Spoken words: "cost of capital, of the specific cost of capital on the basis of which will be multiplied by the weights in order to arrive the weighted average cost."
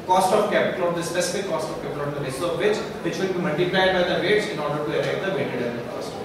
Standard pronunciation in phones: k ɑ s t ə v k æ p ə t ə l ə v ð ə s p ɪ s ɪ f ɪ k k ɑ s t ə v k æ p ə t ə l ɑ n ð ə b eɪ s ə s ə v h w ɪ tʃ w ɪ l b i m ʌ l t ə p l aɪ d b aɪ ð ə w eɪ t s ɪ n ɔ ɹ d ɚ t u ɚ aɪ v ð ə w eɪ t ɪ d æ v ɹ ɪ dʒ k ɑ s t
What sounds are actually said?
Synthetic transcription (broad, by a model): k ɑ s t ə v k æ p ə t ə l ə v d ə s p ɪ s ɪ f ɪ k k ɑ s t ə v k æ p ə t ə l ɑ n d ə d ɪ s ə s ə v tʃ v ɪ tʃ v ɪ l b i m ʌ l t ə p l aɪ d b aɪ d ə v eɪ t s ɪ n ɔ ɹ d ɚ t u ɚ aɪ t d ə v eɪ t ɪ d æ ɹ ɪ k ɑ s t